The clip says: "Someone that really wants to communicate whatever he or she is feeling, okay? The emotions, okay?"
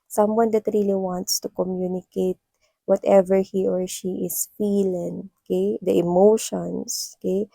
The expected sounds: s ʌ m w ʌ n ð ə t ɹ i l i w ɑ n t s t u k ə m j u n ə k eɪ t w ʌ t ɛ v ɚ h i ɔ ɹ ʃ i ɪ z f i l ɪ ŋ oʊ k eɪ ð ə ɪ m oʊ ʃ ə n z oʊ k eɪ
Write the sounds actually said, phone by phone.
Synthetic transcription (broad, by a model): s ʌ m w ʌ n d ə t ɹ i l i w ɑ n t s t u k ə m j u n ə k eɪ t w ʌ t ɛ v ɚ h i ɔ ɹ ʃ i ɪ s f i l ɪ ŋ oʊ k eɪ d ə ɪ m oʊ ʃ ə n s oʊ k eɪ